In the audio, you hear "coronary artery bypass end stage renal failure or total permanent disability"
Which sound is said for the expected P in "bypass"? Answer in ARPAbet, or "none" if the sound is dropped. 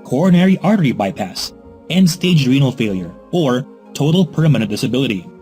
P